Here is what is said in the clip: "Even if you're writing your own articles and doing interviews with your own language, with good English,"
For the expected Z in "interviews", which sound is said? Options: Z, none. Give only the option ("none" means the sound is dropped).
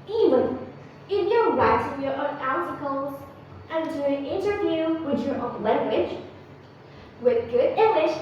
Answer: none